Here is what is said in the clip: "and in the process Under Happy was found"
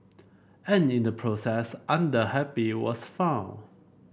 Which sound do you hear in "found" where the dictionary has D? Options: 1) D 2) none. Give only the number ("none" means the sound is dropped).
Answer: 2